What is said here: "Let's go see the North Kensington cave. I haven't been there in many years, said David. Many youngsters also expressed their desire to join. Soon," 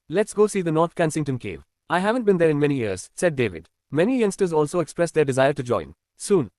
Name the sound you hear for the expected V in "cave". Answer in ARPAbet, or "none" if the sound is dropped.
V